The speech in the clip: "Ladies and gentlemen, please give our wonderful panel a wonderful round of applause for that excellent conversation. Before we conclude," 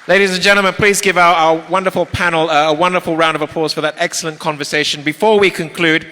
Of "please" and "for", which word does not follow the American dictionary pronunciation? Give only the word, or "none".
none